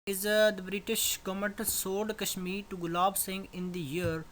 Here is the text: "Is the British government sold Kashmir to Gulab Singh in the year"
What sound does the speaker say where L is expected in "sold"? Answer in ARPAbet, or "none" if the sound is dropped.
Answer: none